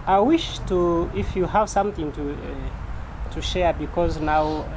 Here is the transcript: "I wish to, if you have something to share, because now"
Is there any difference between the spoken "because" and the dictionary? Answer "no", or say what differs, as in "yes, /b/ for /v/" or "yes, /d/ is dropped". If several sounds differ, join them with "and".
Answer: no